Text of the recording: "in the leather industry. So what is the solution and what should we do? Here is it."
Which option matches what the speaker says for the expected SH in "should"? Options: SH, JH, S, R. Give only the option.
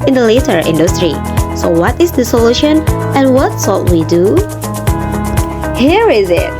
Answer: S